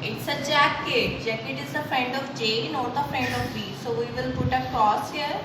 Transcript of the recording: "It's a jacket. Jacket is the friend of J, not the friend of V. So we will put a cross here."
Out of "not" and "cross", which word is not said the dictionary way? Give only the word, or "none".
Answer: cross